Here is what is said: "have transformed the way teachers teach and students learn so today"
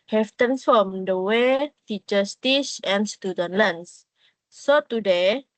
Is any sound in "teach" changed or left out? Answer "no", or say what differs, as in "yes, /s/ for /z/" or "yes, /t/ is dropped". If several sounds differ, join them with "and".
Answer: yes, /s/ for /tʃ/